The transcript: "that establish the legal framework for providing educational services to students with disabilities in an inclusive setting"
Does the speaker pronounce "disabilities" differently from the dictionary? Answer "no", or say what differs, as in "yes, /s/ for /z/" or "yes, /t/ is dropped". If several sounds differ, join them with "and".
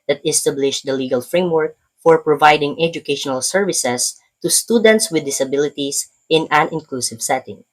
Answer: yes, /s/ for /z/